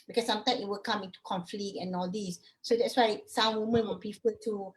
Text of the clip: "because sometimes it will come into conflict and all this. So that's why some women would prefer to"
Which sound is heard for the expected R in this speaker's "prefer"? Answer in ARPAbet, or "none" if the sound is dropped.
none